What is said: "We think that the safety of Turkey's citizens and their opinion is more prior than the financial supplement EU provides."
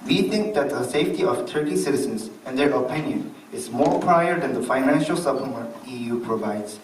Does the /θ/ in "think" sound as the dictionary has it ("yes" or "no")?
no